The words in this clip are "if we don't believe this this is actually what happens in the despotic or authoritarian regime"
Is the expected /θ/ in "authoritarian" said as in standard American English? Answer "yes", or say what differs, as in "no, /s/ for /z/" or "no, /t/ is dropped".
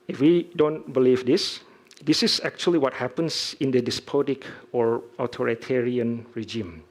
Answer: no, /t/ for /θ/